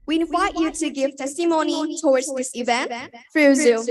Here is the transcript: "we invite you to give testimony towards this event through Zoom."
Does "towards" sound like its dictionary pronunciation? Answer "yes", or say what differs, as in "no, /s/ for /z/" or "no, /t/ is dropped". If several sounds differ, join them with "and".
yes